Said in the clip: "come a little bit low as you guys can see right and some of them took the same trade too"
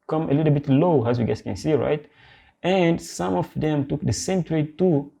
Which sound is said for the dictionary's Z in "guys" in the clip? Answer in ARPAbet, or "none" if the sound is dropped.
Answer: S